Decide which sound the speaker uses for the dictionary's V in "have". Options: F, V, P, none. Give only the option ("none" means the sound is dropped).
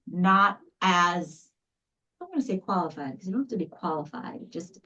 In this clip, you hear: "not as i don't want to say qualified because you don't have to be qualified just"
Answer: F